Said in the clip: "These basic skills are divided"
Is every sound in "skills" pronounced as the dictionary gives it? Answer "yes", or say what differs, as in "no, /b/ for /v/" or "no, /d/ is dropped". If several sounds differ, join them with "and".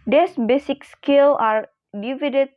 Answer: no, /z/ is dropped